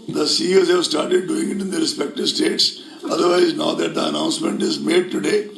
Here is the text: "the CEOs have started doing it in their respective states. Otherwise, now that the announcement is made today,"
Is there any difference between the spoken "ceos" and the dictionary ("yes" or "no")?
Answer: no